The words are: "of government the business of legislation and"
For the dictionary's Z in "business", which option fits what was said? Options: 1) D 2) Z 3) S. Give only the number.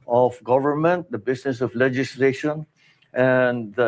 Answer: 3